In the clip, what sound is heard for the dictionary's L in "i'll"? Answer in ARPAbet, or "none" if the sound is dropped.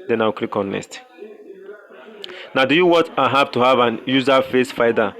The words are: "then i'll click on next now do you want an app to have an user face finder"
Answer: W